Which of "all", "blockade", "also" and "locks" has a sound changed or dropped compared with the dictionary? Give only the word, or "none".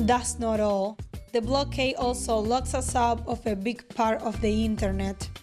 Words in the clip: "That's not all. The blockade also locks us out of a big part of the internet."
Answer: blockade